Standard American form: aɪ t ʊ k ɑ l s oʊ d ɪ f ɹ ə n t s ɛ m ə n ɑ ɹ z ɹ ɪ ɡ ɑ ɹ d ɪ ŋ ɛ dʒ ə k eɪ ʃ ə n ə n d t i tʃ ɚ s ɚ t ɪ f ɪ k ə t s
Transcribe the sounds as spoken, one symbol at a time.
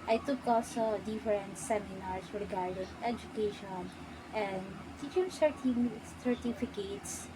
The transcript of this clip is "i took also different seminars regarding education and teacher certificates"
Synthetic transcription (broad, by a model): aɪ t ʊ k ɑ l s oʊ d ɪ f ɹ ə n t s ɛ m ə n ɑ ɹ s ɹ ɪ ɡ ɑ ɹ d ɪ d ɛ dʒ ə k eɪ ʃ ə n ə n d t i s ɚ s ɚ t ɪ f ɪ k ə t s